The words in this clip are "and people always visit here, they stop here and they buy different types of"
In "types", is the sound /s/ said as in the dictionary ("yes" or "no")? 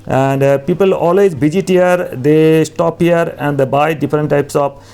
yes